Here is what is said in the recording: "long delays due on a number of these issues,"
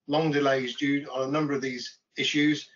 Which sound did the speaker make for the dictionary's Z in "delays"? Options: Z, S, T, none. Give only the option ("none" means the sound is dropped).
Z